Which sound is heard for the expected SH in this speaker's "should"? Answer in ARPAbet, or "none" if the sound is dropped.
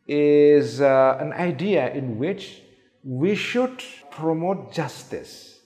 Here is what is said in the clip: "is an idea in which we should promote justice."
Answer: SH